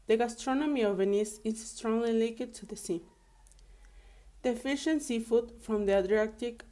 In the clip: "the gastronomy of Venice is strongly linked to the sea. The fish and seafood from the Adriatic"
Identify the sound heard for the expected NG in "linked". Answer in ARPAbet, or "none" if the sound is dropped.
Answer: none